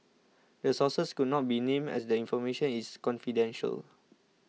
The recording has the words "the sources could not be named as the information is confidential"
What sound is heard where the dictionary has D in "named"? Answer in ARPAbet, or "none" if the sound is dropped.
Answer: none